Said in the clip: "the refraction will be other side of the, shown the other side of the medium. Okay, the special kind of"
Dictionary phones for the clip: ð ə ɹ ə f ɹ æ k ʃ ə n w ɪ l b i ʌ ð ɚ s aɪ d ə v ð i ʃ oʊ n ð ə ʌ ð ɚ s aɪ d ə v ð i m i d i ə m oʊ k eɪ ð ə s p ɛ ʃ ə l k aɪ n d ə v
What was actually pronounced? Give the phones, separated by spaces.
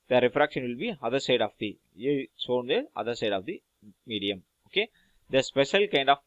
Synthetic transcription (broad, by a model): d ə ɹ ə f ɹ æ k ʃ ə n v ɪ l b i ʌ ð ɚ s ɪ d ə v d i s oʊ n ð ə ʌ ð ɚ s aɪ d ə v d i m i d i ə m oʊ k eɪ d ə s p ɛ ʃ ə l k aɪ n d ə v